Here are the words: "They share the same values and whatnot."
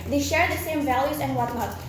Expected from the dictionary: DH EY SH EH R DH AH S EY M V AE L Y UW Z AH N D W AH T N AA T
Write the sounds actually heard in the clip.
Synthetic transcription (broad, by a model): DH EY SH EH R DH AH S EY M V AE L Y UW Z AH N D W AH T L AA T